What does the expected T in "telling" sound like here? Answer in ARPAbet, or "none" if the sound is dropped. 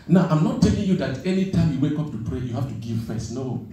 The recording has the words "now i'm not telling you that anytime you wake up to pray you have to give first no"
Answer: T